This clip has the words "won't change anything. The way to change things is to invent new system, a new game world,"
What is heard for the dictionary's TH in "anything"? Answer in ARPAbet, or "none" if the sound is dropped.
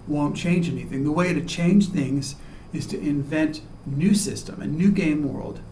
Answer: TH